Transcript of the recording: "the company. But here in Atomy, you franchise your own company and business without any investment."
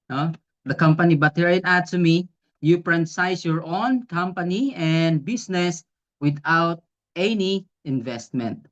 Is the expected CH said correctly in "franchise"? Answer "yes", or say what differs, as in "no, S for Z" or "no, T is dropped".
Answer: no, S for CH